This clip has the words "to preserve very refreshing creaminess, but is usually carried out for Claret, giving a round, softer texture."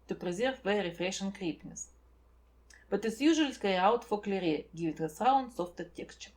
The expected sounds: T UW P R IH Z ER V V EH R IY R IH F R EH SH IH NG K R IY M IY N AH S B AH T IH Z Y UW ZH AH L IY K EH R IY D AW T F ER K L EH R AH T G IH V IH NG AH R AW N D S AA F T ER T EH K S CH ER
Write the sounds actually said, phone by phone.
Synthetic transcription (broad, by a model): T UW P R IH Z ER V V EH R R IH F R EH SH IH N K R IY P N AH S B AH T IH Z Y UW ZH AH IY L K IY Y AW T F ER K L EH R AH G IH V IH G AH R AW N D S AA F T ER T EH K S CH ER